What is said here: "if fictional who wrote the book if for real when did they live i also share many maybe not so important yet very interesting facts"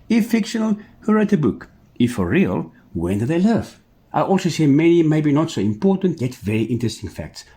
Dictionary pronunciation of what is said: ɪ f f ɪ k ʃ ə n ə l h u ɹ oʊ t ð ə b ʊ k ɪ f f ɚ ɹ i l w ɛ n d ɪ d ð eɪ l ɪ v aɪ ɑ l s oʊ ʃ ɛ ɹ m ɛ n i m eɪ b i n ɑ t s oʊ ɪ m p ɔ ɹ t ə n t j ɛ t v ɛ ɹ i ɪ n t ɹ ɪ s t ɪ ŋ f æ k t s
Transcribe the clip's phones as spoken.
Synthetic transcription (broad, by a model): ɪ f f ɪ k ʃ ə n ə l h u ɹ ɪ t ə b ʊ k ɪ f f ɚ ɹ i l w ɛ n d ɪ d ð eɪ l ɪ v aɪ ɑ l s oʊ s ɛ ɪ m ɛ n i m eɪ b i n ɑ t s oʊ ɪ m p ɔ ɹ t ə n t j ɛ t v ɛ ɹ i ɪ n t ɹ ɪ s t ɪ ŋ f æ k t s